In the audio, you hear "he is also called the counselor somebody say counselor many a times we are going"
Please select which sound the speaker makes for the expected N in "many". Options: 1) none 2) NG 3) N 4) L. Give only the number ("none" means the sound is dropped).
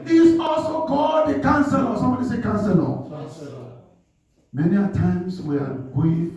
3